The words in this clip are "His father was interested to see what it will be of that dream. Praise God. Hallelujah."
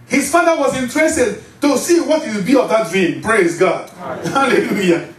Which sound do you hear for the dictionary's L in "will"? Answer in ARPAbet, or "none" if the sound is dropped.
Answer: W